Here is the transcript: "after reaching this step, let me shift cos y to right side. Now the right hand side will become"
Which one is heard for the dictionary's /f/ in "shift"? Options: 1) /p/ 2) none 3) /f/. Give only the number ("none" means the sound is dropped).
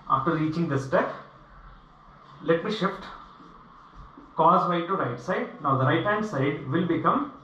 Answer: 3